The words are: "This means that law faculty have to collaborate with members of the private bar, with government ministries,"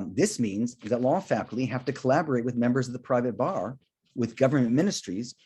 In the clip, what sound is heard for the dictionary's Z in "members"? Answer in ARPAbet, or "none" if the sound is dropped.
Z